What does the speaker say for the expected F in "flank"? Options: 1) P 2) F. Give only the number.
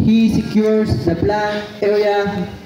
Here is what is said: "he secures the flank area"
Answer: 1